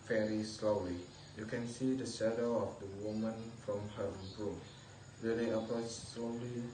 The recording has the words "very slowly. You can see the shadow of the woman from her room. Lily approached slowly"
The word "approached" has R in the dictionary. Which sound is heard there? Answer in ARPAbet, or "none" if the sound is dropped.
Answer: none